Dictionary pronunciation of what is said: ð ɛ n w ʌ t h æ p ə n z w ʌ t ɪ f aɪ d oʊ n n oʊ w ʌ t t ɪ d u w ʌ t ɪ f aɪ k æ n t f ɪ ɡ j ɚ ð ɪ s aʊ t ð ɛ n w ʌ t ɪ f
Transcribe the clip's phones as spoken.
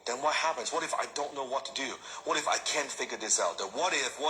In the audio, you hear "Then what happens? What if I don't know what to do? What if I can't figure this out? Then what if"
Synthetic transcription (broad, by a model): ð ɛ n w ʌ t h æ p ə n z w ʌ t ɪ f aɪ d oʊ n n oʊ w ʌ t t ɪ d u w ʌ t ɪ f aɪ k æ n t f ɪ ɡ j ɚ ð ɪ s aʊ t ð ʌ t w ʌ t ɪ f